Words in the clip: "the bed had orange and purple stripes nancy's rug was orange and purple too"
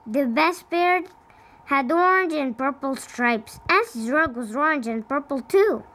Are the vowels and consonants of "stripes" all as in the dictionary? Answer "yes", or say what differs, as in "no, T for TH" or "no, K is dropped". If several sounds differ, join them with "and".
yes